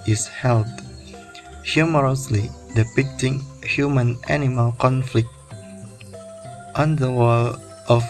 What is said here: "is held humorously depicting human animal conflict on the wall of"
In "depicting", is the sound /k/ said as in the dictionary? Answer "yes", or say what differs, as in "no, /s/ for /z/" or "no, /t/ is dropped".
yes